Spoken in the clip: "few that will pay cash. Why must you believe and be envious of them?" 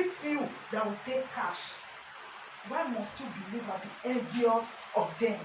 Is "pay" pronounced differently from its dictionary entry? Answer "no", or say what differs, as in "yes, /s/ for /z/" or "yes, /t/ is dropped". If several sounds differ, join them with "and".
no